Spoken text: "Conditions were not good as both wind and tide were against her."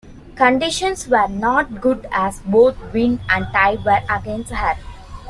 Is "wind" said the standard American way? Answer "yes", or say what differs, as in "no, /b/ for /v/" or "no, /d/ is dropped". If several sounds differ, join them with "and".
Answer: no, /d/ is dropped